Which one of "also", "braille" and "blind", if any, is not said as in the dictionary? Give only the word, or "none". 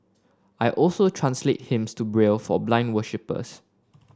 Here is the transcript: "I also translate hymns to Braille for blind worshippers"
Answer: none